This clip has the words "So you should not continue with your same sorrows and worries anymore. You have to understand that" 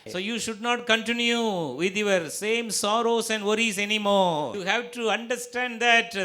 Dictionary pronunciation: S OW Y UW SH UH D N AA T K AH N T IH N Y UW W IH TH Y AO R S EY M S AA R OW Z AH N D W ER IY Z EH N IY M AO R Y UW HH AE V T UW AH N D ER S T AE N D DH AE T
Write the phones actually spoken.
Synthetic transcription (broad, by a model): S OW Y UW SH UH D N AA T K AH N T IH N Y UW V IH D Y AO R S EY M S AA R OW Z AH N D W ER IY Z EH N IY M AO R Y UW HH AE V T UW AH N D ER S T AE N D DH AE T